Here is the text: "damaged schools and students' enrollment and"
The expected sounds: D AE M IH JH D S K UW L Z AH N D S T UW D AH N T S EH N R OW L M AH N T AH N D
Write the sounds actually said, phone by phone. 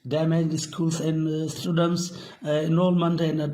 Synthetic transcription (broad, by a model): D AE M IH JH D S K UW L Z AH N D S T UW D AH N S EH N OW L M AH N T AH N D